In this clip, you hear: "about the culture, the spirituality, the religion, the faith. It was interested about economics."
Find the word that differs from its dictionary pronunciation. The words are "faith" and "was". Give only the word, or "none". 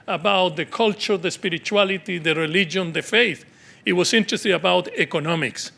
was